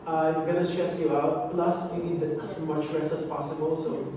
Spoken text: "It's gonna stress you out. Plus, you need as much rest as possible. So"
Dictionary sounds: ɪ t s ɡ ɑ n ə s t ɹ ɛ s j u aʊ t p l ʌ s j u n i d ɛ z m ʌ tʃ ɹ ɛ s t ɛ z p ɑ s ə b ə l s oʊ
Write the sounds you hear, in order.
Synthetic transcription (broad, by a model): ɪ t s ɡ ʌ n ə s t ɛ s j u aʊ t p l ʌ s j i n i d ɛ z m ʌ tʃ l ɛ s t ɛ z p ɑ s ə b ə l s oʊ